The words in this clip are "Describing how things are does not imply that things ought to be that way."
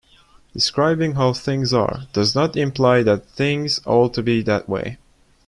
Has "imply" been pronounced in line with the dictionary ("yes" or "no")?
yes